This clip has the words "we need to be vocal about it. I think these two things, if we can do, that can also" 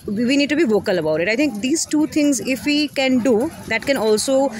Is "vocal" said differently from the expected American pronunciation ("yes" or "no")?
no